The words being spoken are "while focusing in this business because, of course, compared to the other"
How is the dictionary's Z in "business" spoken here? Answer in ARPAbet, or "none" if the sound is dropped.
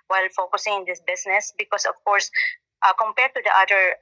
S